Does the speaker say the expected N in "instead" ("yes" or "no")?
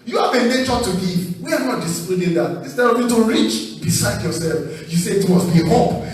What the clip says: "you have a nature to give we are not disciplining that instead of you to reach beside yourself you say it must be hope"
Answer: no